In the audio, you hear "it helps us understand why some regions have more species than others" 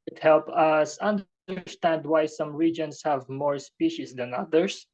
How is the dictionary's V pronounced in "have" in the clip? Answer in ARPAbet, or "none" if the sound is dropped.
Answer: V